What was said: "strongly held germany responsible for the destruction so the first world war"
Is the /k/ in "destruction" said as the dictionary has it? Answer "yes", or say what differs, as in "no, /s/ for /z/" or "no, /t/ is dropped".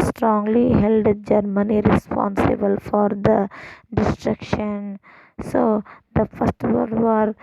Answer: yes